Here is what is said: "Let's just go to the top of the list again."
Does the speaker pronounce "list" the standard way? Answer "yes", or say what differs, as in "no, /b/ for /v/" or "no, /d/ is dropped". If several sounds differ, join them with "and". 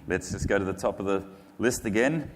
yes